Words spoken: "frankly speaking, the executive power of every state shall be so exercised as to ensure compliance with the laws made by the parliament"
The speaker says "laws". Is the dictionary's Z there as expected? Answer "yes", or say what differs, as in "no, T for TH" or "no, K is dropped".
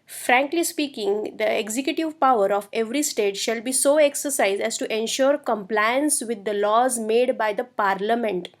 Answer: yes